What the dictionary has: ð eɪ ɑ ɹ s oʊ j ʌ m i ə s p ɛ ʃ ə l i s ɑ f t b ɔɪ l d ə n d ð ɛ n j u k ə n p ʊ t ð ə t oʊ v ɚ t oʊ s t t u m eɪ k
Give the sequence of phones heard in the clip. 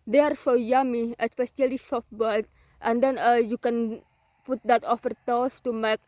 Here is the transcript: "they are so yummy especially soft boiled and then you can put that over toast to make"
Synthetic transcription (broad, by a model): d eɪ ɑ ɹ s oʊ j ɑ m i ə s p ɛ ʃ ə l i s ɑ f t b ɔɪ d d ə n d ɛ n j u k ə n p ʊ t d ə t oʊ f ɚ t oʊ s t t u m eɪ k